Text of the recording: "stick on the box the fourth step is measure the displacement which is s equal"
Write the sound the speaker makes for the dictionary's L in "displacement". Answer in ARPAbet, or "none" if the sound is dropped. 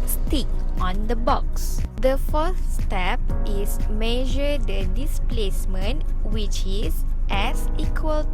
L